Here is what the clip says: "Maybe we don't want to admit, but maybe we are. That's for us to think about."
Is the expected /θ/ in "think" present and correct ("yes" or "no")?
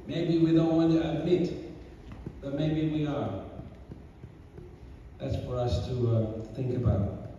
yes